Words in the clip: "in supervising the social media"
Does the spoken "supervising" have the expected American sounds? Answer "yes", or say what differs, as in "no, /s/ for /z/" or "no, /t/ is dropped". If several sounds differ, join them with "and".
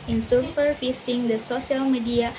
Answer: no, /f/ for /v/ and /s/ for /z/